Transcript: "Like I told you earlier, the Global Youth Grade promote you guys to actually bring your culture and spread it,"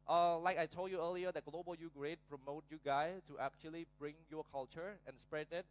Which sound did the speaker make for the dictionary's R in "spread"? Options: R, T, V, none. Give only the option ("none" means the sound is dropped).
R